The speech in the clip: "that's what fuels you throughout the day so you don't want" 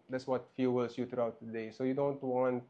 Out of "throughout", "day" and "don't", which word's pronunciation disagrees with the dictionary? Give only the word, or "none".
throughout